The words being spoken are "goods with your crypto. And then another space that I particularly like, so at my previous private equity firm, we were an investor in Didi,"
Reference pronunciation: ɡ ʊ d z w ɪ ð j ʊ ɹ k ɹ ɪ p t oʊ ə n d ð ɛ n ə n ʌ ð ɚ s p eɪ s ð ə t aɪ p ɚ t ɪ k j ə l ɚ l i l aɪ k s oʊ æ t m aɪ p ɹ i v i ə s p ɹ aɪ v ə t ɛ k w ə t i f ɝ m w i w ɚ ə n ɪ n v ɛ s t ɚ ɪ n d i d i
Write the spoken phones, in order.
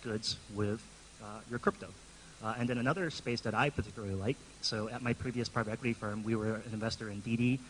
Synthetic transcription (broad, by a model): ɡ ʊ d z w ɪ ð j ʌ ɹ k ɹ ɪ p t oʊ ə n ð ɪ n ə n ʌ ð ɚ s p eɪ s ð ə t aɪ p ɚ t ɪ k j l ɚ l i l aɪ k s oʊ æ t m aɪ p ɹ i v i ə s p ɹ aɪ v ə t ɛ k w ə t i f ɝ m w i w ɚ ə n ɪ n v ɛ s t ɚ ɪ n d i d i